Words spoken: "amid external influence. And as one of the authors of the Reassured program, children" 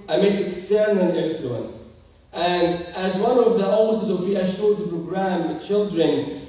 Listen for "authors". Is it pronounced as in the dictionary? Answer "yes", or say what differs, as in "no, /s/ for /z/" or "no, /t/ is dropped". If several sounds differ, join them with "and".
no, /s/ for /θ/